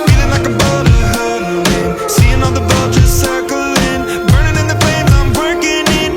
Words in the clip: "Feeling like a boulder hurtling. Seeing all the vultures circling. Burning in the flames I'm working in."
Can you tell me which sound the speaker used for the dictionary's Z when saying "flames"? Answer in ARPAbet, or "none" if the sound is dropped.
none